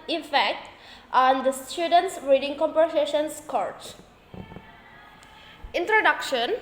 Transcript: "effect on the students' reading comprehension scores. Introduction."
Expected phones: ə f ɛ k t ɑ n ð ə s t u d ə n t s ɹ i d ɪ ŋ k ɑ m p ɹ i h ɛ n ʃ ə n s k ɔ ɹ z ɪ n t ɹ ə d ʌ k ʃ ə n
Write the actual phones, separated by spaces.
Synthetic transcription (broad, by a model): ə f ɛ k t ɑ n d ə s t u d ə n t s ɹ i d ɪ ŋ k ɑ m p i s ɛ ʃ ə n s k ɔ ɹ s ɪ n t ɹ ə d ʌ k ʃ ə n